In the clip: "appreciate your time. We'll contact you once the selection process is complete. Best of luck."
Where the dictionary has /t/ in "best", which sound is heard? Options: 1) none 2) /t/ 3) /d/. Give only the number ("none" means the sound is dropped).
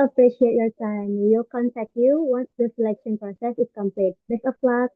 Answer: 1